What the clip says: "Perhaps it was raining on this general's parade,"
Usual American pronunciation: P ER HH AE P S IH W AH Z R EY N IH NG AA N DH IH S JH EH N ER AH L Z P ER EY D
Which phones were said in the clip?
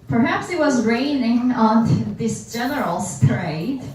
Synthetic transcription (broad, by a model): P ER HH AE P S IH W AH Z R EY N IH NG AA N DH IH S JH EH N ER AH L S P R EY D